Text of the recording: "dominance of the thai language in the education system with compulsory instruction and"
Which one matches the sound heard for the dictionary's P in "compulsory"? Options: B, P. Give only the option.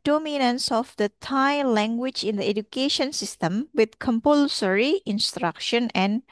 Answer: P